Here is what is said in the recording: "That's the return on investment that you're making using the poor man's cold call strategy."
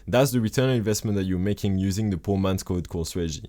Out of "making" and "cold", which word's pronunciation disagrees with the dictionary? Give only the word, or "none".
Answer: cold